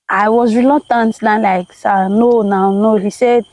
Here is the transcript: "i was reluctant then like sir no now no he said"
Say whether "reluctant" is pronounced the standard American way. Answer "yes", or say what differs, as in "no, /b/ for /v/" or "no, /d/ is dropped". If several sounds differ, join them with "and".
no, /k/ is dropped